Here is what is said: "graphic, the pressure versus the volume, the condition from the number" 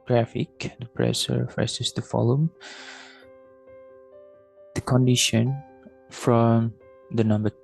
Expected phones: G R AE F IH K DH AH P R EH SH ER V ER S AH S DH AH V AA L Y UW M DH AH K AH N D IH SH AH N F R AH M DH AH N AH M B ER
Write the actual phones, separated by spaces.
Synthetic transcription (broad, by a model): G R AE F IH K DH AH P R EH S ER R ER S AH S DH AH F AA L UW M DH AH K AH N D IH SH AH N F R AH M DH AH N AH M B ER